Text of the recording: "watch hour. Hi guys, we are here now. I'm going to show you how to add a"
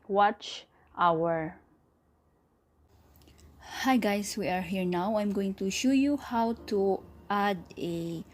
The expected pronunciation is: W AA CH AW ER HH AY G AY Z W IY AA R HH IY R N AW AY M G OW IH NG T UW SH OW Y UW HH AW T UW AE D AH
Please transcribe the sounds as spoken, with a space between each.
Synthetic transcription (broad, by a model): W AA CH AW ER HH AY G AY S W IY AA R HH IY R N AW AY M G OW IH NG T UW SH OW Y UW HH AW T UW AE D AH